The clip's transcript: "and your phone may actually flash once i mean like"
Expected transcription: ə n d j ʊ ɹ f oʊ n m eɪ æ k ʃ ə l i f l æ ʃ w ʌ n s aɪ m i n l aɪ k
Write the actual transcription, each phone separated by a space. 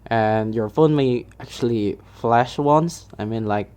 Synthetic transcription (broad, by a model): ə n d j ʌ ɹ f oʊ n m eɪ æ k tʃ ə l i f l æ ʃ w ʌ n s aɪ m i n l aɪ k